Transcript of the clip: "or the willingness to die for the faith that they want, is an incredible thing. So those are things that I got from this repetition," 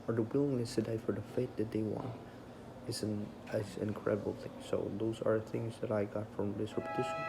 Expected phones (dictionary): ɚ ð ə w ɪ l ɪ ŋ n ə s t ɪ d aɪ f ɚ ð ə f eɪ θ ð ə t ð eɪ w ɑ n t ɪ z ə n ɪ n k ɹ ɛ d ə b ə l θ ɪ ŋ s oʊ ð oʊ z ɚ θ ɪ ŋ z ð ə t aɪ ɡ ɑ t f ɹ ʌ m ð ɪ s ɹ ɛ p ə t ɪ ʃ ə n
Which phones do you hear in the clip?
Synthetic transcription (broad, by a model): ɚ ð ə w ɪ l ɪ ŋ n ə s t ɪ d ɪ f ɚ ð ə f eɪ t ð ə t ð eɪ w ɑ n t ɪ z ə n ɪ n k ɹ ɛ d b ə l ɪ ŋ s oʊ ð oʊ z ɚ θ ɪ ŋ z ð ə t aɪ ɡ ɑ t f ɹ ʌ m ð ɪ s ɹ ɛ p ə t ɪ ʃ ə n